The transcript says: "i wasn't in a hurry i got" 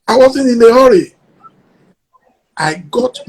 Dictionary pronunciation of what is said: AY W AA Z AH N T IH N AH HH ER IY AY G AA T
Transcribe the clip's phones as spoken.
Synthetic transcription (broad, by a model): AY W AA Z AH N IH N AH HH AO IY AY G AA T